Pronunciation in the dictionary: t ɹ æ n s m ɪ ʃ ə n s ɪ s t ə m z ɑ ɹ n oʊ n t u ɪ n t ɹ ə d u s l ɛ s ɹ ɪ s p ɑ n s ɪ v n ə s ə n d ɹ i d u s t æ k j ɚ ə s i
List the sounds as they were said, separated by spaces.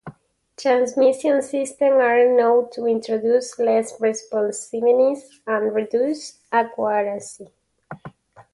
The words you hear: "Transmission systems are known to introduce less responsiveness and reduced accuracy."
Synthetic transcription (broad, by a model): t ɹ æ n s m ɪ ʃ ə n s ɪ s t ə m ɑ ɹ n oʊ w t u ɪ n t ɹ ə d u s l ɛ s ɹ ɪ s p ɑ n s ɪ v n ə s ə n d ɹ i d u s ɑ k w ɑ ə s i